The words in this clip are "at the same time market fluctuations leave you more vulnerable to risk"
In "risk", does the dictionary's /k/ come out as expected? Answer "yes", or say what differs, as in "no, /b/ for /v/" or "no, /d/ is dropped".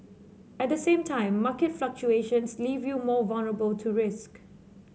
yes